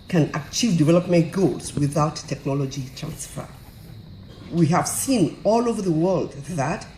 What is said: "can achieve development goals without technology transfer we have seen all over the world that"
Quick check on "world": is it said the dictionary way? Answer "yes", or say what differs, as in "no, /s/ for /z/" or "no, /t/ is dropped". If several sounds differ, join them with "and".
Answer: yes